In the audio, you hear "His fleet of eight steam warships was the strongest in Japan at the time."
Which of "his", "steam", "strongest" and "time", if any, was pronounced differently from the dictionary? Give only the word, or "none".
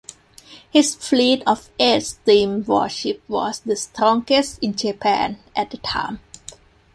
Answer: his